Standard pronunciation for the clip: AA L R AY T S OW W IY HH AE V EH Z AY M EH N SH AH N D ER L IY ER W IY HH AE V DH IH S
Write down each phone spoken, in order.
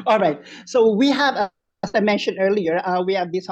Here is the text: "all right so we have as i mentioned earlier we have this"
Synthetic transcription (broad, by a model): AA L R AY T S OW W IY HH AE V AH S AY M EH N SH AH N ER L IY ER W IY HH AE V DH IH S